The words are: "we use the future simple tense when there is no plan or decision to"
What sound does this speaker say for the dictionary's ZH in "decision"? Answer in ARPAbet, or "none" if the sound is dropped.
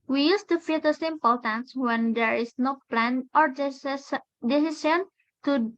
S